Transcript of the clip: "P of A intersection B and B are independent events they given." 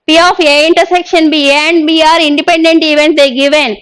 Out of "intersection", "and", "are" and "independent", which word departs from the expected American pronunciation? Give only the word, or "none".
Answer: none